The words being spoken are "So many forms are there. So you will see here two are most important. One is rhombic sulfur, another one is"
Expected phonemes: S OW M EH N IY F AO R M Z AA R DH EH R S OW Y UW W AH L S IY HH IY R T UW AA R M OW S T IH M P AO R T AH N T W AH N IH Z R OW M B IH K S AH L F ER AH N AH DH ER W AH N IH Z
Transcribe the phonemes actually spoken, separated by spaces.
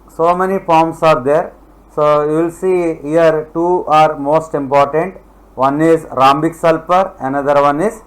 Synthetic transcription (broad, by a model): S OW M EH N IY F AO R M S AA R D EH R S OW Y UW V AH L S IY HH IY R T UW AA R M OW S T IH M P AO R T AH N T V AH N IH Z R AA M B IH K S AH L P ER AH N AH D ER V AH N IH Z